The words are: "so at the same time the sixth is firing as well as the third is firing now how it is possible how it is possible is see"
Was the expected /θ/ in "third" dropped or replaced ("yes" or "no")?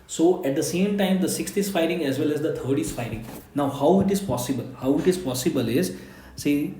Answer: yes